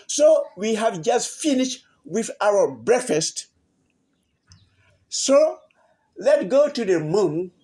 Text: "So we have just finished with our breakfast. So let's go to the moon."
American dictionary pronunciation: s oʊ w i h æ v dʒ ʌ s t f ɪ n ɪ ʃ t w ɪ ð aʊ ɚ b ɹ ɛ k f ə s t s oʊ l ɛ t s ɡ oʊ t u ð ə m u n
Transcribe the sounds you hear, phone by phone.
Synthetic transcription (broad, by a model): s oʊ w i h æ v dʒ ʌ s t f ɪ n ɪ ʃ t w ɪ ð aʊ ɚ b ɹ ɛ k f ə s t s oʊ l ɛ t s ɡ oʊ t u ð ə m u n